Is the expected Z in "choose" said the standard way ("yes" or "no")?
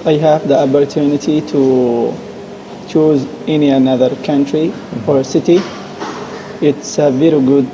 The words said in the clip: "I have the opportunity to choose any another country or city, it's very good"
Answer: yes